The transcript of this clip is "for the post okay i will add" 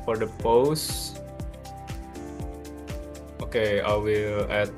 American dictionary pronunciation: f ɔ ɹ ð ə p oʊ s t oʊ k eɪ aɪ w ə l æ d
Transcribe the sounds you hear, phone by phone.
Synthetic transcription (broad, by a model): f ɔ ɹ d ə p oʊ s t oʊ k eɪ aɪ w ə l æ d